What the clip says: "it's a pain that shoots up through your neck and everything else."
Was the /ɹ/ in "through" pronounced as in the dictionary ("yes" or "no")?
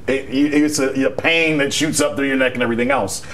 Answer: yes